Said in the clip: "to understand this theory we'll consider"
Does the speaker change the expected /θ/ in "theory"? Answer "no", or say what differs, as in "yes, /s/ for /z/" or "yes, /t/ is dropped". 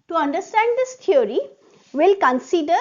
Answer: yes, /t/ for /θ/